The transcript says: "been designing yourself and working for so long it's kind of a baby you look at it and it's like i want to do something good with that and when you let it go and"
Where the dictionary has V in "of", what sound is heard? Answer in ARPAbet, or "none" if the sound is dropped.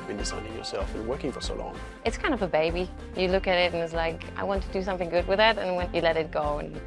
V